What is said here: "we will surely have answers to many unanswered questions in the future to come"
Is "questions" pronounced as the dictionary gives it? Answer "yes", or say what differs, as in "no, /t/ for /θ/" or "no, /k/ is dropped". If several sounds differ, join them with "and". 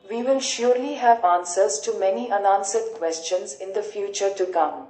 yes